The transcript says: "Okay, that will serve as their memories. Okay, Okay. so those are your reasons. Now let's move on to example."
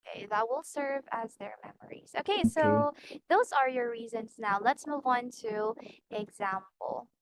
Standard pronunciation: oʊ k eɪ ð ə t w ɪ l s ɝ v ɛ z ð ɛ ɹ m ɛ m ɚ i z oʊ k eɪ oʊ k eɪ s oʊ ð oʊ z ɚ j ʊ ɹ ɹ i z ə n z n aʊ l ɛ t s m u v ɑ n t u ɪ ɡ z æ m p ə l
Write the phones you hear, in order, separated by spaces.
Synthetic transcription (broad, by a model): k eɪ ð ə t w ɪ l s ɝ v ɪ z ð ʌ ɹ m ɛ m ɚ i z oʊ k eɪ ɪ s oʊ ð oʊ z ɚ j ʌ ɹ ɹ i z ə n z n aʊ l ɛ t s m u v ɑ n t u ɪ ɡ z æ m p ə l